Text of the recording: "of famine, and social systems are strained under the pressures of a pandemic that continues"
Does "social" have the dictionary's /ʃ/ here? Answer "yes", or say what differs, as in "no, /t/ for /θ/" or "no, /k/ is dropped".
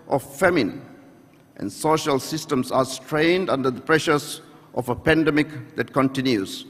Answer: yes